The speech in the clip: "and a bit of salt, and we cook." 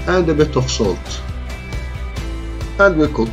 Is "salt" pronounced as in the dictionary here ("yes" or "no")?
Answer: yes